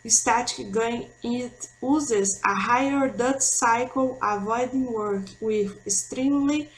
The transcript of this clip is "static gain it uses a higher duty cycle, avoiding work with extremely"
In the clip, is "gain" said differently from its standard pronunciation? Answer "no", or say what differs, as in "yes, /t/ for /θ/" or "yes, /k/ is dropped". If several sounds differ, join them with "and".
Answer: yes, /n/ is dropped